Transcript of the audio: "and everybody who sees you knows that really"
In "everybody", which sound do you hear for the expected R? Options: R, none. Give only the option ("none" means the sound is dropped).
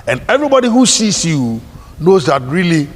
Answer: R